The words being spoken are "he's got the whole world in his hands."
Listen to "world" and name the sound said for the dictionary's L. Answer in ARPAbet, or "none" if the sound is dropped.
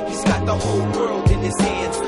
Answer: L